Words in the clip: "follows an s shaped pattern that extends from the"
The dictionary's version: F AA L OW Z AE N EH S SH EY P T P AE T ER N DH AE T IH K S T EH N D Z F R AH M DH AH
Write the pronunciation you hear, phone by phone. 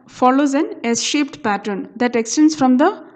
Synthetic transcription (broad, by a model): F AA L OW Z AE N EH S SH EY P T P AE T ER N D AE T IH K S T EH N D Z F R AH M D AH